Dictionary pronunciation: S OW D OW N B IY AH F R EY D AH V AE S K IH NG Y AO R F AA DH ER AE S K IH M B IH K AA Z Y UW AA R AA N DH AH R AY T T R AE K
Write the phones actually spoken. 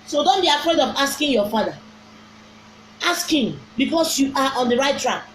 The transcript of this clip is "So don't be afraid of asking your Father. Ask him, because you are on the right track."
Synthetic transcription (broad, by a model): S OW D OW N B IY AH F R EY D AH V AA S K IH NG Y AO F AA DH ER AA S K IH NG B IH K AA S Y UW AA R AA N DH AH R AY T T R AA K